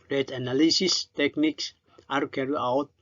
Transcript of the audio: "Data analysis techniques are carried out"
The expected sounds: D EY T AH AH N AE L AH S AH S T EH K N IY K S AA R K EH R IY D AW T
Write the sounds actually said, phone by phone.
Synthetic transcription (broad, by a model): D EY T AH N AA L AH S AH S T EH K N IY K S AA R K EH R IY AW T